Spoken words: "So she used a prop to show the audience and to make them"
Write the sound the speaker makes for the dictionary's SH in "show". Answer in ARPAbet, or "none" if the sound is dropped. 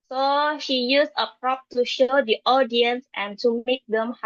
SH